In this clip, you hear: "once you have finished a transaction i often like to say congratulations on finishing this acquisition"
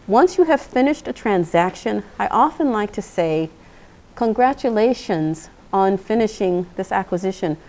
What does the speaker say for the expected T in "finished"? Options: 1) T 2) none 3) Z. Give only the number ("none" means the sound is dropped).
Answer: 1